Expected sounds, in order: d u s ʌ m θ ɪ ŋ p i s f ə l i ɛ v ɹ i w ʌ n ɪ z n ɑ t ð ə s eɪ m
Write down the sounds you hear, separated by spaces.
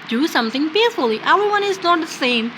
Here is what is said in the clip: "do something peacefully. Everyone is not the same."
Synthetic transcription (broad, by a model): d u s ʌ m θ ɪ ŋ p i f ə l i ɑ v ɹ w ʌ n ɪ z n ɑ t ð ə s eɪ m